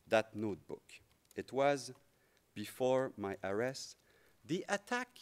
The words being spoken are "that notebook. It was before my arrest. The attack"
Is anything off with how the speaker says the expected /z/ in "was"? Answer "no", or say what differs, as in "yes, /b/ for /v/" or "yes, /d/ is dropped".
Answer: no